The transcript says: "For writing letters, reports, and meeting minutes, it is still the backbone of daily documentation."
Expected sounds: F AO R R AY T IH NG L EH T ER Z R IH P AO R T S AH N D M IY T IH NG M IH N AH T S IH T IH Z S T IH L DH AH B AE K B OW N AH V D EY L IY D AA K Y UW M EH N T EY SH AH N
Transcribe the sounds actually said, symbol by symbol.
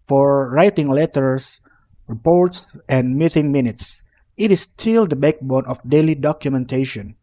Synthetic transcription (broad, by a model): F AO R R AY T IH NG L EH T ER S R IH P AO R T S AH N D M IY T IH NG M IH N AH T S IH T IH S T IH L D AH B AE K B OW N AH F D EY L IY D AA K Y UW M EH N T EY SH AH N